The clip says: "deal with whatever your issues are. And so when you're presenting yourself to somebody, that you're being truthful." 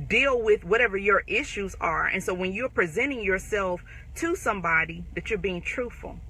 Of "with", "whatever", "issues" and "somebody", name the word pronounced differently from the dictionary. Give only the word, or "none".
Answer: none